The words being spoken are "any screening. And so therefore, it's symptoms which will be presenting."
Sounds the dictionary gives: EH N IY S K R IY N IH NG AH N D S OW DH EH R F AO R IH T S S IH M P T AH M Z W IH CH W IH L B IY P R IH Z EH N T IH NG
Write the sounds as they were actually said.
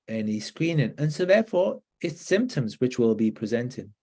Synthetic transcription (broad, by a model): EH N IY S K R IY N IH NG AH N S OW DH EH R F AO R IH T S S IH M P T AH M Z W IH CH W IH L B IY P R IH Z EH N T IH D